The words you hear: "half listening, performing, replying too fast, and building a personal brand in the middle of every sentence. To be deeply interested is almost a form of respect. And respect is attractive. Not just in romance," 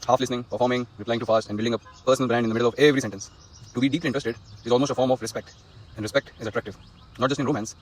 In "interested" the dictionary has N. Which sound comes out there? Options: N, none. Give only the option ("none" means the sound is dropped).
none